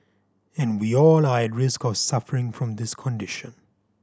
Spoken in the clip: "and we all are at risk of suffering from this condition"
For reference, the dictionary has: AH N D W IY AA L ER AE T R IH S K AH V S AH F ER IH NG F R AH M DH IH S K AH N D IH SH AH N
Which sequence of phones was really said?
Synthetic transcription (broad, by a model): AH N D W IY AA L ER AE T R IH S K AH V S AH F ER IH NG F R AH M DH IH S K AH N D IH SH AH N